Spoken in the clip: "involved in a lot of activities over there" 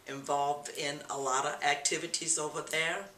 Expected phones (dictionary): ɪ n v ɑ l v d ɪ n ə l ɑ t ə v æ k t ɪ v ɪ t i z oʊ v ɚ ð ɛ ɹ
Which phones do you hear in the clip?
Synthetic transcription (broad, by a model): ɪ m v ɑ l v d ɪ n ə l ɑ t ə v æ k t ɪ v ɪ t i z oʊ v ɚ ð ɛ ɹ